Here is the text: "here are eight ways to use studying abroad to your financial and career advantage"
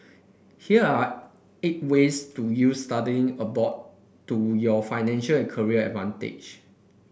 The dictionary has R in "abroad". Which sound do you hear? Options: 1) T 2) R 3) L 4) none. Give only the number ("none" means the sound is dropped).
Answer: 4